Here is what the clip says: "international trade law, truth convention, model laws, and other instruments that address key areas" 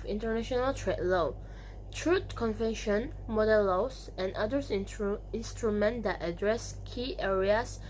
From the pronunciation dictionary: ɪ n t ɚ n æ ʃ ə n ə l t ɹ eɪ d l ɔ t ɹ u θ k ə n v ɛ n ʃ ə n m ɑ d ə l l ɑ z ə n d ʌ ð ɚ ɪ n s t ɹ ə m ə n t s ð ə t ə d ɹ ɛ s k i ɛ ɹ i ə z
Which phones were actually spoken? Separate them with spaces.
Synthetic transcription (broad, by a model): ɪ n t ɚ n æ ʃ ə n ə l t ɹ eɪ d l ɔ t ɹ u t k ə n v ɛ n ʃ ə n m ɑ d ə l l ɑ s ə n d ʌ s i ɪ n s t ɹ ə m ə n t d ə t ə d ɹ ɛ s k i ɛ ɹ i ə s